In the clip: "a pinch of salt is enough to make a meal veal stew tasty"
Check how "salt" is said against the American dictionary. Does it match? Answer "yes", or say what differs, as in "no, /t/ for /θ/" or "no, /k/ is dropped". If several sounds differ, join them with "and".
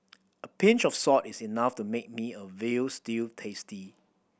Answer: no, /l/ is dropped